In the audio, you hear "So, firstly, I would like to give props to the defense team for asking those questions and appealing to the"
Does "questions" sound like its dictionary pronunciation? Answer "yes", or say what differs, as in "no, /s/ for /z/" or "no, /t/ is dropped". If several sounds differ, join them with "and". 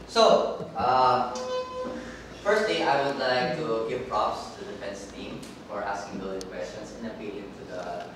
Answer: no, /s/ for /z/